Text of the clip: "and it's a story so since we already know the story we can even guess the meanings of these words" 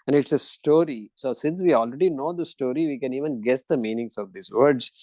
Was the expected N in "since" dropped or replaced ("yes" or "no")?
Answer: no